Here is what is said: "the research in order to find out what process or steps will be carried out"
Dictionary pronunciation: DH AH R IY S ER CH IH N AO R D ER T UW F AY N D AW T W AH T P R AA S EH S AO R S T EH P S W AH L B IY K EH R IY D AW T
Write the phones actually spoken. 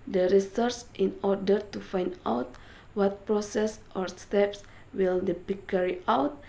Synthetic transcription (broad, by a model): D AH R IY S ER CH IH N AO R D ER T UW F AY N D AW T W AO T P R AA S EH S AO R S T EH P S W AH L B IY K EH R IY AW T